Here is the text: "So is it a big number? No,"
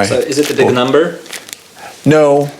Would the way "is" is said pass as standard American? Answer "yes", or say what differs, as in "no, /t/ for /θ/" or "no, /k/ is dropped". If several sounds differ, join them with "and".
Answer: yes